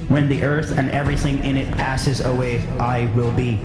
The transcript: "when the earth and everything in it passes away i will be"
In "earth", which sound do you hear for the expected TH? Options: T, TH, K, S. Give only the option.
TH